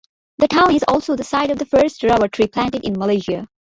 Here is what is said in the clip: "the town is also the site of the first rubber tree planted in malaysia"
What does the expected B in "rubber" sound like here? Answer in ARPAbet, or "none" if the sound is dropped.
none